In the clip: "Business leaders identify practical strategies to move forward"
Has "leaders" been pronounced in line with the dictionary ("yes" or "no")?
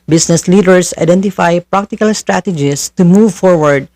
no